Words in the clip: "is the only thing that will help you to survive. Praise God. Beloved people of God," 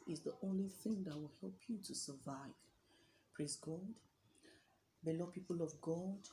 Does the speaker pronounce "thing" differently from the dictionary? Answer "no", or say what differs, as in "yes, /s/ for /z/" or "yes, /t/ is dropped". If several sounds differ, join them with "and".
no